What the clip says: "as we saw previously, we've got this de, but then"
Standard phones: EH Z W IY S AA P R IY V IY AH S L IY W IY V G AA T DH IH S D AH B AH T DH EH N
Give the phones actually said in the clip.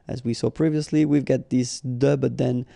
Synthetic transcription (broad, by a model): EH Z W IY S AA P R IY V IY AH S L IY W IY V G AA T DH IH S D AH B AH T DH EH N